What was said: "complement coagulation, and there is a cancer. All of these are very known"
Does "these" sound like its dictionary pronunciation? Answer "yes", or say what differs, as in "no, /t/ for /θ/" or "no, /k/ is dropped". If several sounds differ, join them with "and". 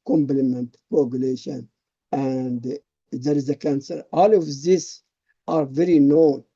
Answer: no, /s/ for /z/